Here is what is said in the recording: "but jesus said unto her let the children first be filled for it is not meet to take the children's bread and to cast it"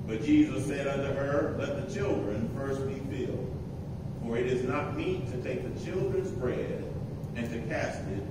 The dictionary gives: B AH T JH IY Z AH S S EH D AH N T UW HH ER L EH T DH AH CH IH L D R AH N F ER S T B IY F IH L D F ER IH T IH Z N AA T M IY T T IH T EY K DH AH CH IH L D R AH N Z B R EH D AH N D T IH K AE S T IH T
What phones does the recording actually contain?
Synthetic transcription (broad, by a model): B AH T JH IY Z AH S S EH D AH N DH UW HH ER L EH T DH AH CH IH L D R AH N F ER S T B IY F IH L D F ER IH T IH Z N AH T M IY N T IH T EY K DH AH CH IH L D R AH N Z B R EH D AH N T IH K AE S T IH T